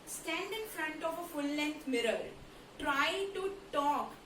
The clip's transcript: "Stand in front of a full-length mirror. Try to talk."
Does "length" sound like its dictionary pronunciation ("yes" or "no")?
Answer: no